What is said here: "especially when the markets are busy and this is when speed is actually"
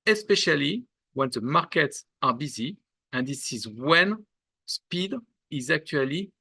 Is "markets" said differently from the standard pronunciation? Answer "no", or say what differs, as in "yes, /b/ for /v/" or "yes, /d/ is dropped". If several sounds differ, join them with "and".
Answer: no